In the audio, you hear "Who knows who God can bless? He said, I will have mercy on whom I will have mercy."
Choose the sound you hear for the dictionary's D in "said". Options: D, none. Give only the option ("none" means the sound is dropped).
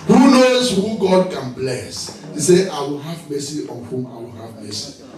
none